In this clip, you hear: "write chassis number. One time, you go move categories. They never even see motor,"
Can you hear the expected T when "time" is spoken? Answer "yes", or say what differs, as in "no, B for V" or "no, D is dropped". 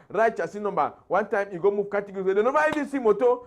yes